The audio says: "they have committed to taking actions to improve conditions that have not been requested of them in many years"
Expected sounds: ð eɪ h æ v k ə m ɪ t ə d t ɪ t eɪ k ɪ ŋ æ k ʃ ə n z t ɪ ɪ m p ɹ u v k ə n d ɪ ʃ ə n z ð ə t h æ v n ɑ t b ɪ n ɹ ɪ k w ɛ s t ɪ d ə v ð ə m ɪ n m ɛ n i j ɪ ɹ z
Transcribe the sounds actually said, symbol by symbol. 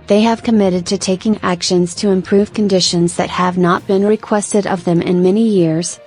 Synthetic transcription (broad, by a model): ð eɪ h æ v k ə m ɪ t ə d t ɪ t eɪ k ɪ ŋ æ k ʃ ə n z t ɪ ɪ m p ɹ u v k ə n d ɪ ʃ ə n z ð ə t h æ v n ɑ t b ɪ n ɹ ɪ k w ɛ s t ɪ d ə v ð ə m ɪ n m ɛ n i j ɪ ɹ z